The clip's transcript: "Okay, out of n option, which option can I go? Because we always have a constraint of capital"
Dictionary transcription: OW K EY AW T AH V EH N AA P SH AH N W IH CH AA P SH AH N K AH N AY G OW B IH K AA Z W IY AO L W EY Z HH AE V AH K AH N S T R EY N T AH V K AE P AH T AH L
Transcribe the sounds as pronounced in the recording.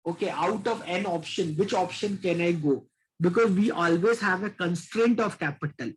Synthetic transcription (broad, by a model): OW K EY AW T AH V EH N AA P SH AH N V IH CH AA P SH AH N K AH N AY G OW B IH K AA Z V IY AO L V EY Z HH AE V AH K AH N S T R EY N T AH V K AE P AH T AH L